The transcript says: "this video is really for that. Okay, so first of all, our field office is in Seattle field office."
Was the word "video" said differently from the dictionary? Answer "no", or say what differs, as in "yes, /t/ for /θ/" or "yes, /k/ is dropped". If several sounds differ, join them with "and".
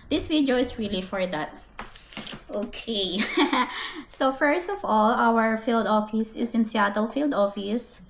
yes, /w/ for /v/